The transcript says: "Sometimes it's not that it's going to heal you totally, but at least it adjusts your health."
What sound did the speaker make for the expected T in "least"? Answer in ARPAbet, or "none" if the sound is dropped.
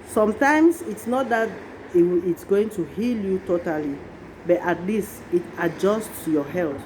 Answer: none